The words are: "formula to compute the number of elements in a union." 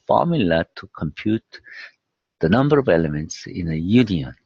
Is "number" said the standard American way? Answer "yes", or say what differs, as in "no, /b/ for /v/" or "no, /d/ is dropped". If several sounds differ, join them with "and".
yes